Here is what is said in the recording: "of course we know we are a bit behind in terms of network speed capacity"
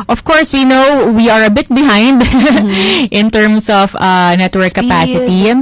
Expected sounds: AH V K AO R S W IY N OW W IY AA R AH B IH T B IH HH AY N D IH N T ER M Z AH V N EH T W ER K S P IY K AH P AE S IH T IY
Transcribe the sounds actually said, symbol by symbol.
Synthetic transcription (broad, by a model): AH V K AO R S W IY N OW W IY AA R AH B IH T B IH HH AY N D IH N T ER M S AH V N EH T W ER K K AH P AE S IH T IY